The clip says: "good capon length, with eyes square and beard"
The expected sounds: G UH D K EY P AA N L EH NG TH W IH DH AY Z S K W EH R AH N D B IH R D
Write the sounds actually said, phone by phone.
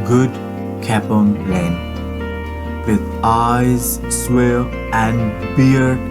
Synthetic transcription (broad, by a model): G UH D K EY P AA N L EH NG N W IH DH AY Z S W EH L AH N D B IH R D